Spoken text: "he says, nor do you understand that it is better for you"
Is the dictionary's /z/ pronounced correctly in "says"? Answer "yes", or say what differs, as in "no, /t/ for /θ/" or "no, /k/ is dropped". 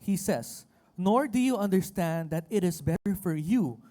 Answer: no, /s/ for /z/